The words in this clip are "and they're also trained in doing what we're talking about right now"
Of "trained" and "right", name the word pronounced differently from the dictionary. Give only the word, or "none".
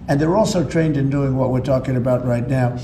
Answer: none